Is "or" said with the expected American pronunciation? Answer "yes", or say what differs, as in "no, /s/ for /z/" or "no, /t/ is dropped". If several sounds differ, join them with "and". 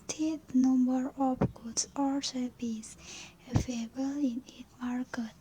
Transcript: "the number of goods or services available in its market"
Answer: no, /l/ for /ɹ/